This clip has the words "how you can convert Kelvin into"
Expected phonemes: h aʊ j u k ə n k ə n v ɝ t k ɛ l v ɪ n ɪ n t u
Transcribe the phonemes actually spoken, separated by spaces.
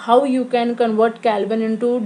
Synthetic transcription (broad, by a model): h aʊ j u k ə n k ə n v ɝ t k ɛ l b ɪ n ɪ n t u